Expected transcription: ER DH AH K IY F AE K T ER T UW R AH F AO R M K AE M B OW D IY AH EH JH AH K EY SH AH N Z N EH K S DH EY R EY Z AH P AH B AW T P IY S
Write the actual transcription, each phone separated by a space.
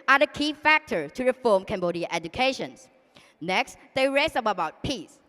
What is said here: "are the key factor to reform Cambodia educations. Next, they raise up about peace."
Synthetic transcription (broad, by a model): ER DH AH K IY F AE K T ER T UW R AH F AO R M K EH M B OW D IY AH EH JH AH K EY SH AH N S N EH K S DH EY R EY S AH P AH B AW T P IY S